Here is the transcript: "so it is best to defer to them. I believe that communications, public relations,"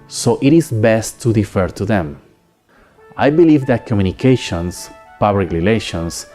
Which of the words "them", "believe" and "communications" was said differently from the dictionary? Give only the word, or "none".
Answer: communications